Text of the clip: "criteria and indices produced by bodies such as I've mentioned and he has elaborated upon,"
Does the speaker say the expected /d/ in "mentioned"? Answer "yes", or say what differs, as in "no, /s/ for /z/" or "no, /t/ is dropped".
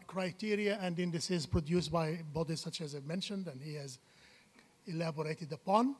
yes